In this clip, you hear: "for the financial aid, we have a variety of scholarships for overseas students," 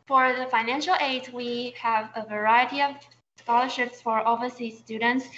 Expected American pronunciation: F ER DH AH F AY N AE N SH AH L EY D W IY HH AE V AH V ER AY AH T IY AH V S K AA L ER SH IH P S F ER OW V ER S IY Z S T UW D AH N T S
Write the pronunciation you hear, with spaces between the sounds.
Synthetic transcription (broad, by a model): F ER DH AH F AY N AE N SH AH L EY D W IY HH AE V AH V ER AY AH T IY AH V S K AA L ER SH IH P S F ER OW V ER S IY S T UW D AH N T S